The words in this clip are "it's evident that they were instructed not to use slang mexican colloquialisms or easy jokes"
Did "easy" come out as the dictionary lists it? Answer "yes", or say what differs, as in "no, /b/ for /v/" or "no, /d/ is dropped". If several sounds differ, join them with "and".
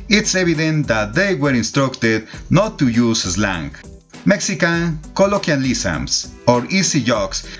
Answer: no, /s/ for /z/